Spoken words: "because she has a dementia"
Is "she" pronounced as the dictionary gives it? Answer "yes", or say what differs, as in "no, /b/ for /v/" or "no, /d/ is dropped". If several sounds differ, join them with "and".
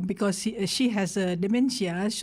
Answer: yes